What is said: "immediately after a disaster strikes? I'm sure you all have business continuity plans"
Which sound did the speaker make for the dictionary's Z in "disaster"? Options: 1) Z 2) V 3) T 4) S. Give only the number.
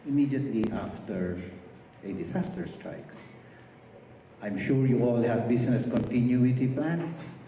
4